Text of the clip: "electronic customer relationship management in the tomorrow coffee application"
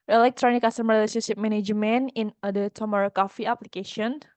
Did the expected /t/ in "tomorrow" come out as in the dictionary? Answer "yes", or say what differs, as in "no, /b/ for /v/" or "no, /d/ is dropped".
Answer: yes